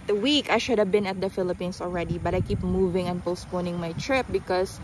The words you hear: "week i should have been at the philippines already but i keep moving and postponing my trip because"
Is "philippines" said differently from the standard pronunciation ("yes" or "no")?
yes